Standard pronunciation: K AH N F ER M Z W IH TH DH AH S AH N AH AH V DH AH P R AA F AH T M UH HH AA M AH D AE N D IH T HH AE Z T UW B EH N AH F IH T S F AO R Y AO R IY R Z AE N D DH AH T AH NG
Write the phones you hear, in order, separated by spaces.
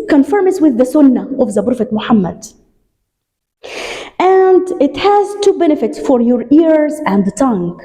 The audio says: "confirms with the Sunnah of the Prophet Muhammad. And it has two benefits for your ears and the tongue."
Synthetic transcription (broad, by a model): K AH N F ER M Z W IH DH AH S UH N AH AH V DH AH B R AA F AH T M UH HH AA M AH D AE N D IH T HH AE Z T UW B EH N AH F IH T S F AO R Y AO R IY R Z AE N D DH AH T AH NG